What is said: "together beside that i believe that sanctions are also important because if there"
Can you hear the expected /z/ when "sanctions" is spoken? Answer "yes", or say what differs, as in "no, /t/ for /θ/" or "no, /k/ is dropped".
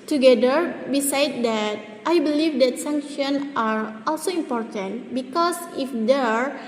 no, /z/ is dropped